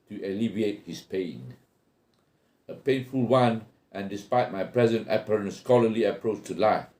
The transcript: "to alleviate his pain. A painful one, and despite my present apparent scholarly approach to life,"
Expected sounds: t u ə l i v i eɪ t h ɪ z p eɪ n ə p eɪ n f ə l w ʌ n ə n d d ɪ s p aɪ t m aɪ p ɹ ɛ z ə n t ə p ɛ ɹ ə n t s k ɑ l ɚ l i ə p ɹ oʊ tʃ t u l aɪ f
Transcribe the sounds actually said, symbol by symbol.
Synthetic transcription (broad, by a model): t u ə l i v i eɪ t h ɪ s p eɪ n ə p eɪ n f ə l w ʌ n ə n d d ɪ s p aɪ t m aɪ p ɹ ɛ z ə n t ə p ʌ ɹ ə n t s k ɑ l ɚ l i ə p ɹ oʊ tʃ t u l aɪ f